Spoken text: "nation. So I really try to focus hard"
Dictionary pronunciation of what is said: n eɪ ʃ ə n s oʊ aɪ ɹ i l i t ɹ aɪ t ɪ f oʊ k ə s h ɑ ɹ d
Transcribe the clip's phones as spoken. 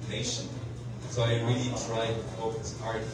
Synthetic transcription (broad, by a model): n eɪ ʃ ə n s oʊ aɪ ɹ i l i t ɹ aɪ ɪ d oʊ ə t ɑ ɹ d